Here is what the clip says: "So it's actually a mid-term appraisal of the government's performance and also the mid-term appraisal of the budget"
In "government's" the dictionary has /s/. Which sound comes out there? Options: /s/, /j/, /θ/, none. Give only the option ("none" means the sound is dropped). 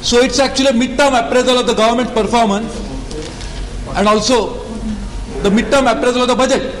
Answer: none